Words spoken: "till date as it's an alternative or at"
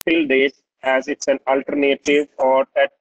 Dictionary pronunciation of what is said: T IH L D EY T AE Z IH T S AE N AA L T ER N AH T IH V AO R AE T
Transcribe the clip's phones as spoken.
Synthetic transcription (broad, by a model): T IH L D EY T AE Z IH T S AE N AA L T ER N AH T IH V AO R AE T